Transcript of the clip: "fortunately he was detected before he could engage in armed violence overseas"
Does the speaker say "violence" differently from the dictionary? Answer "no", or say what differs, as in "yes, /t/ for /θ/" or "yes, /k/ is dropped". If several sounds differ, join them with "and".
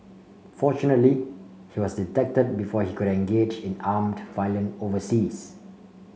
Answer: yes, /s/ is dropped